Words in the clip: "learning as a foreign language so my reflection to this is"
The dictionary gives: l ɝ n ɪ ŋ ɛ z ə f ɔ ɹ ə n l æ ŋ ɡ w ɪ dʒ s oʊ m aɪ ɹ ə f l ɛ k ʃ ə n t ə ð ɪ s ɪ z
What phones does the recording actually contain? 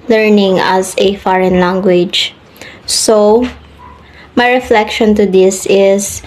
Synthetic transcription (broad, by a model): l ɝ n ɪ ŋ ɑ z ə f ɔ ɹ ə n l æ ŋ ɡ w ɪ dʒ s oʊ m aɪ ɹ ə f l ɛ k ʃ ə n t ə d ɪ s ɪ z